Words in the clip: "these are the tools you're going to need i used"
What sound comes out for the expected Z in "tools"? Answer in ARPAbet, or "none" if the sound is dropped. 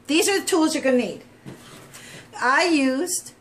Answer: Z